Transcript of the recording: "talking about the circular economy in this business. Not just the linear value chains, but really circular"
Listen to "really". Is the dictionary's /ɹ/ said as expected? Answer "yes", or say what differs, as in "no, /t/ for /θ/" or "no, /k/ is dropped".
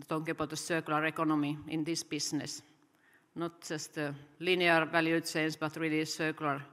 yes